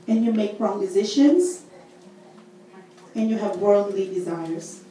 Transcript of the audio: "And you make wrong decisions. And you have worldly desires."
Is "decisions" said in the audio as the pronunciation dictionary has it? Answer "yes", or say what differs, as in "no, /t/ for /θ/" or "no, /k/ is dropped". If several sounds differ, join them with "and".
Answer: no, /ʃ/ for /ʒ/